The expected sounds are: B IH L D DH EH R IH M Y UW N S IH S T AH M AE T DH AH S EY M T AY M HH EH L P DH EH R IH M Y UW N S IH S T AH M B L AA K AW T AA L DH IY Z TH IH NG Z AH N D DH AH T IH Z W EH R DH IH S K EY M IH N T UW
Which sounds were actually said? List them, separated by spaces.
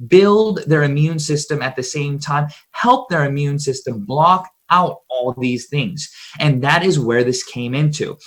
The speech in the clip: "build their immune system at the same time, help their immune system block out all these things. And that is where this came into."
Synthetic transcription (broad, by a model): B IH L D DH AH R IH M Y UW N S IH S T AH M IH T DH AH S EY M T AY M HH EH L P DH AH R IH M Y UW N S IH S T AH M B L AA K AW T AA L DH IY Z TH IH NG Z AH N DH AH T IH Z W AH R DH IH S K EY M IH N T UW